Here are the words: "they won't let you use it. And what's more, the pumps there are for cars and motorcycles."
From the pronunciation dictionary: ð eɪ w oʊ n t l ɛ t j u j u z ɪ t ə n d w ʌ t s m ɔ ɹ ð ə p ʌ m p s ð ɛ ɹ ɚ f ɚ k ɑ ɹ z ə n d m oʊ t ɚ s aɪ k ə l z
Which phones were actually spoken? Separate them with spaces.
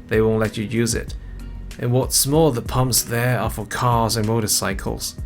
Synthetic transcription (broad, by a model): ð eɪ w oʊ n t l ɛ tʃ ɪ j u z ɪ t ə n w ʌ t s m ɔ l ð ə p ʌ m p s ð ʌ ɹ ɚ f ɚ k ɑ ɹ z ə n m oʊ t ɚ s aɪ k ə l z